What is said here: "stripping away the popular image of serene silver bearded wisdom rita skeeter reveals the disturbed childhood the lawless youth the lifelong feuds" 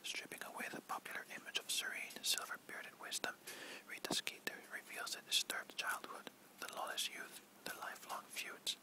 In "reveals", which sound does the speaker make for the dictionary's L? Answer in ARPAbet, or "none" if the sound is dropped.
L